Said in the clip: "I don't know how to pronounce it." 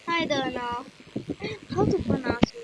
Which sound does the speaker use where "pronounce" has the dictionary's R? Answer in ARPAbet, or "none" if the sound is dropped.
none